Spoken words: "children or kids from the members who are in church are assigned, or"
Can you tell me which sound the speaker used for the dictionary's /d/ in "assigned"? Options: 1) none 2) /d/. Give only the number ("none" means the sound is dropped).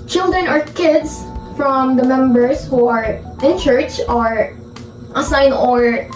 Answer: 1